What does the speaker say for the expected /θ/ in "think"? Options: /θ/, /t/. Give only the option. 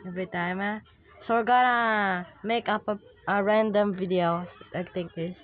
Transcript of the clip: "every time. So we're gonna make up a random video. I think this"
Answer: /t/